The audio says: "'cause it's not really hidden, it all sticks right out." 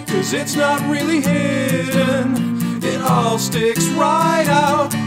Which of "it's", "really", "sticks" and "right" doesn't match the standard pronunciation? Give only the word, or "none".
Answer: none